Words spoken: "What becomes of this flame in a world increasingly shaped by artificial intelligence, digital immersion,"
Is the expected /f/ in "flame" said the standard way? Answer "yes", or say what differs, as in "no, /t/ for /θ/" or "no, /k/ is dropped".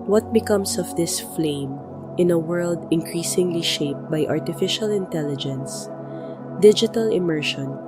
yes